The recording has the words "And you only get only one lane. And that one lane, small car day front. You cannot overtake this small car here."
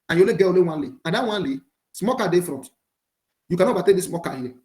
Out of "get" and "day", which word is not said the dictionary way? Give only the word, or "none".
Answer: get